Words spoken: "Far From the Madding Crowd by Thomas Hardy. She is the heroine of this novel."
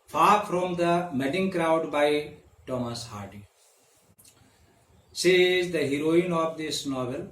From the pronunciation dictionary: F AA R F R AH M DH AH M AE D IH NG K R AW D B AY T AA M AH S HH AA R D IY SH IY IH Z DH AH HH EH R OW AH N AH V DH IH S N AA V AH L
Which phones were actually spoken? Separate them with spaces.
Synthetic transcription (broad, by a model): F AA R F R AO M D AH M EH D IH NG K R AW D B AY T AA M AH S HH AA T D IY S IH Z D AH HH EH R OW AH N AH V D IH S N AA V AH L